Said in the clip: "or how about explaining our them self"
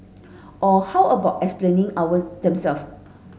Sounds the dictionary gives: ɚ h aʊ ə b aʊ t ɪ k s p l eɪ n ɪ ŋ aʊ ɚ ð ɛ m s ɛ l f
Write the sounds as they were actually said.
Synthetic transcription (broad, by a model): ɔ h aʊ ə b aʊ t ɪ k s p l eɪ n ɪ ŋ aʊ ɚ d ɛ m s ɛ l f